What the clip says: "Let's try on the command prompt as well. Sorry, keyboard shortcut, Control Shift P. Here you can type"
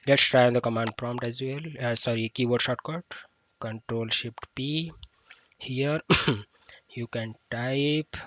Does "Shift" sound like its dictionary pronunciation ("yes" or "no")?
no